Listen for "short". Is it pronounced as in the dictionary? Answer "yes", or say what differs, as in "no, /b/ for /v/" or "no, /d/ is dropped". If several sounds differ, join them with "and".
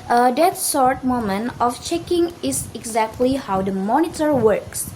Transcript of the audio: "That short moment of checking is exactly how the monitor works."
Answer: no, /s/ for /ʃ/